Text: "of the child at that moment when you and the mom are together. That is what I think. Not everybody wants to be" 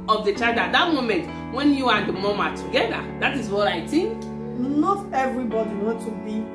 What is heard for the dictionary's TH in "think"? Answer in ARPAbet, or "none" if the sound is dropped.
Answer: T